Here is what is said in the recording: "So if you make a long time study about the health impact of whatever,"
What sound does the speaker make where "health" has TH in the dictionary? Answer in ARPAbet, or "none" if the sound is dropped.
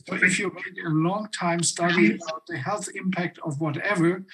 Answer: TH